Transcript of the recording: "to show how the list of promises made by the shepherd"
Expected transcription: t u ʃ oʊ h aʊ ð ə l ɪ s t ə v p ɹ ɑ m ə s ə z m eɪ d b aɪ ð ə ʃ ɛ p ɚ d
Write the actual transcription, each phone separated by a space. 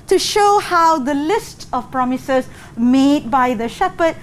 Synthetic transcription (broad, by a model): t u ʃ oʊ h aʊ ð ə l ɪ s t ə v p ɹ ɑ m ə s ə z m eɪ d b aɪ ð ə ʃ ɛ p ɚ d